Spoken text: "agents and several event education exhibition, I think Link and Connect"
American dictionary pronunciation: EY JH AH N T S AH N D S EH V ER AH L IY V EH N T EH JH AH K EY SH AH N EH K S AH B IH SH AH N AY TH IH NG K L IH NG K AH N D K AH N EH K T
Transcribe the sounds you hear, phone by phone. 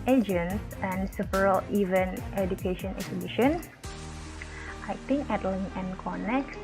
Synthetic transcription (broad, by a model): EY JH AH N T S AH N S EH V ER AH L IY V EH N T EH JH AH K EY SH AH N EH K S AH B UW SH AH N AY T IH NG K L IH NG AH N K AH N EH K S